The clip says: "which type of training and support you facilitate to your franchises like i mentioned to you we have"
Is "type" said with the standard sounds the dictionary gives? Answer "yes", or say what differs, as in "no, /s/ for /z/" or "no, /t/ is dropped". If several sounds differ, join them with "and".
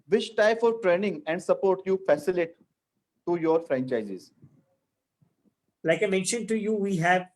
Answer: no, /f/ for /p/